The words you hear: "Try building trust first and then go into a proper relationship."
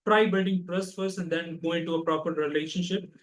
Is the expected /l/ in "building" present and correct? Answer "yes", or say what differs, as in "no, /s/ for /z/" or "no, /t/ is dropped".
no, /l/ is dropped